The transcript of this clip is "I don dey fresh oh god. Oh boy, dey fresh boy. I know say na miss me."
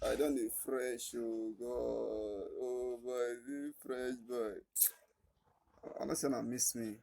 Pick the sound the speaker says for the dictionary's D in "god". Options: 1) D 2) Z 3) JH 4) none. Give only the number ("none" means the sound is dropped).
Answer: 4